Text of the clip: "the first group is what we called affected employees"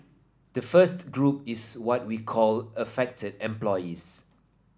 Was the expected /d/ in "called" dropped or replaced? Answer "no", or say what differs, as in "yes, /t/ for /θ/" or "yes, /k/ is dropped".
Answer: yes, /d/ is dropped